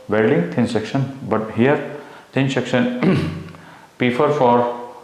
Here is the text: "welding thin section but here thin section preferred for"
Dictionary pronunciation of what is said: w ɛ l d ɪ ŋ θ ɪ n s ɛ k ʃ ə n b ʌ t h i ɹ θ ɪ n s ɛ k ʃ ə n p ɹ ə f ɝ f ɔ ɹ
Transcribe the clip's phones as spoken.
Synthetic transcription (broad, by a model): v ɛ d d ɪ ŋ t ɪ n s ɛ k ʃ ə n b ʌ t h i ɹ t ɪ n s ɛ k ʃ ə n p ə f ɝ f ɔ ɹ